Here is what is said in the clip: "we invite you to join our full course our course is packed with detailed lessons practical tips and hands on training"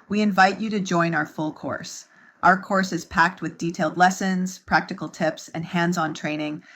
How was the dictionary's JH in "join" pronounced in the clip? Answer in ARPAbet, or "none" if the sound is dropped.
JH